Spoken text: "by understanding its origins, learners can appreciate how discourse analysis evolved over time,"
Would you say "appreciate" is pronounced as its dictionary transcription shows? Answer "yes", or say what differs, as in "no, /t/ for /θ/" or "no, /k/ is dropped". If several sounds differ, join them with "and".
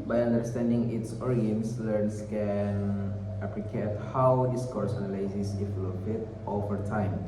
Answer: no, /l/ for /ɹ/